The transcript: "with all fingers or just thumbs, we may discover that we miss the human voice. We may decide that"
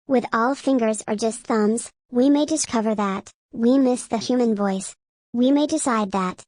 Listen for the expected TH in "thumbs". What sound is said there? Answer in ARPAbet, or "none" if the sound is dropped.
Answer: TH